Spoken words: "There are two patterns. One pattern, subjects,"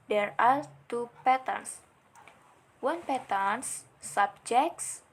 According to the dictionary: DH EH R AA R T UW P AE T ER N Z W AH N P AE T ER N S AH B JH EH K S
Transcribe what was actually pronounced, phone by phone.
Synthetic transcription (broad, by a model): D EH R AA L T UW P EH T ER N S W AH N P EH T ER N S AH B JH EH K S